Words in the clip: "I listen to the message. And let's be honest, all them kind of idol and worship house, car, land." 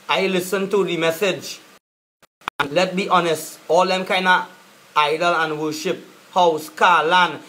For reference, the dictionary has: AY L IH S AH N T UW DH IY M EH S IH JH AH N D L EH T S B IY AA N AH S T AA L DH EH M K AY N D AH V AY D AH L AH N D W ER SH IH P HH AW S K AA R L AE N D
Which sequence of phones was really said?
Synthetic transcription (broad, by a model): AY L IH S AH N T UW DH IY M EH S IH JH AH N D L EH T B IY AA N AH S T AA L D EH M K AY N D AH AY D AH L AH N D W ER SH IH P HH AW S K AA L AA N